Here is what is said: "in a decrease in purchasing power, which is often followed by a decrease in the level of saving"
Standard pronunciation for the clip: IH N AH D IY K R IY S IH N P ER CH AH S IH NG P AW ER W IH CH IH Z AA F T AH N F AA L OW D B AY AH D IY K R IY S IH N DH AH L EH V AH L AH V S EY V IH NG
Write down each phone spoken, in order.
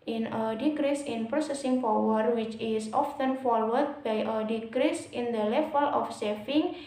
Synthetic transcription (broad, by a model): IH N AH D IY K R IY S IH N P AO S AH S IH NG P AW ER W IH CH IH S AA F T AH N F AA W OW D B AY AH D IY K R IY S IH N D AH L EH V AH L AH F S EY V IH NG